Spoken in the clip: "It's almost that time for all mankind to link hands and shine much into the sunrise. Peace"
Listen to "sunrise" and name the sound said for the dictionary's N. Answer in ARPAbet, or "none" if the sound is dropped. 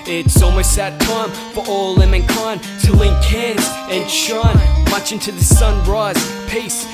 N